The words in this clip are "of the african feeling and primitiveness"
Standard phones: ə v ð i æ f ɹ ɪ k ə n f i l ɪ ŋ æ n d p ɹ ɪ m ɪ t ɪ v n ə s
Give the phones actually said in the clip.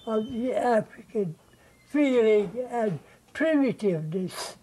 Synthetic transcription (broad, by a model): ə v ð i æ f ɹ ɪ k ə n f i l ɪ ŋ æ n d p ɹ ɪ m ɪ t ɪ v n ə s